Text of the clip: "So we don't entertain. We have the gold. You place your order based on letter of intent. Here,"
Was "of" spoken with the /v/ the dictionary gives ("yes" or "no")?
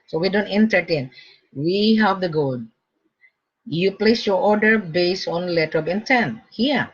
no